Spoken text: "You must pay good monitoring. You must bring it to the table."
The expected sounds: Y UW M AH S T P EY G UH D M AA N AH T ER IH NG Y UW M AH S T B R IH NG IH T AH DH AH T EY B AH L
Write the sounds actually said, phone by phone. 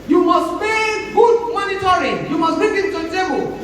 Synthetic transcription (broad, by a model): Y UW M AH S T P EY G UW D M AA N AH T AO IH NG Y UW M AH S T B IY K IH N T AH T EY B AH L